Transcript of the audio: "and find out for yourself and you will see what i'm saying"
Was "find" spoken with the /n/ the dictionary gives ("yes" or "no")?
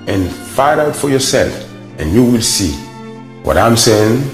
no